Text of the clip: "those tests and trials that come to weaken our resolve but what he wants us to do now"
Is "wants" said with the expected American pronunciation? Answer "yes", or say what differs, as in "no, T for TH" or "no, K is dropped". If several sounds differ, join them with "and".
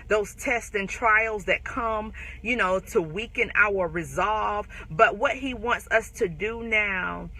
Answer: yes